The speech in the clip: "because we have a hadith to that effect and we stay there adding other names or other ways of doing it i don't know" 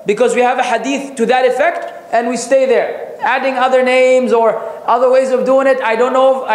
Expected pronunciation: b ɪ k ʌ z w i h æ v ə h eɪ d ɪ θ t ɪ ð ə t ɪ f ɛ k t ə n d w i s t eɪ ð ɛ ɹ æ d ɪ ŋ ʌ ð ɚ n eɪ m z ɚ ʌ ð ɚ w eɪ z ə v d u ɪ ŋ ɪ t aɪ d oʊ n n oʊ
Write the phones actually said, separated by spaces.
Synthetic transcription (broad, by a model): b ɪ k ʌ z w i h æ v ə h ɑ d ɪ θ t ɪ ð ə t ɪ f ɛ k t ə n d w i s t eɪ ð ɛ ɹ æ d ɪ ŋ ʌ ð ɚ n eɪ m z ɚ ʌ ð ɚ w eɪ z ə v d u ɪ ŋ ɪ t aɪ d oʊ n n oʊ